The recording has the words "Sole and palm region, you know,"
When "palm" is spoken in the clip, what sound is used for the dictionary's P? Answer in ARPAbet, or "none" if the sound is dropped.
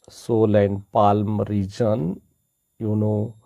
P